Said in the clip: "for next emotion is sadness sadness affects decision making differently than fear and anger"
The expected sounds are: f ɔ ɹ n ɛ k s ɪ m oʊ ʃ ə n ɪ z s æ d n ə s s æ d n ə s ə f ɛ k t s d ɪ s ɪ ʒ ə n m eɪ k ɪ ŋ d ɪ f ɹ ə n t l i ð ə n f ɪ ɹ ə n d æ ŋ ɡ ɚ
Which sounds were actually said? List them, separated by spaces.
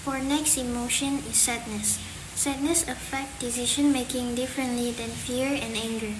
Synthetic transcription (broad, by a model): f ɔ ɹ n ɛ k s ɪ m oʊ ʃ ə n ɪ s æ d n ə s s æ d n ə s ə f ɛ k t d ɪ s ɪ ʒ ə n m eɪ k ɪ ŋ d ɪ f ɹ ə n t l i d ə n f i ɹ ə n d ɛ ŋ ɡ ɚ